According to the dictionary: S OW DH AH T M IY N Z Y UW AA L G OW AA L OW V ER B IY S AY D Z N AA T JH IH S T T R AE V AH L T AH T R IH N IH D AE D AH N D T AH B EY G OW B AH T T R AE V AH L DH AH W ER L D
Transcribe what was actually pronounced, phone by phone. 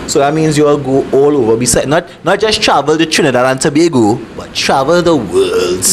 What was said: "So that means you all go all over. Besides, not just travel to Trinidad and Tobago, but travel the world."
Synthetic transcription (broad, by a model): S OW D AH T M IY N S Y UW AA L G OW AA L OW V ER B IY S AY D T N AA T JH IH S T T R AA V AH L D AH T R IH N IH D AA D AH N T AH B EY G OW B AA T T R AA V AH L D AH W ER L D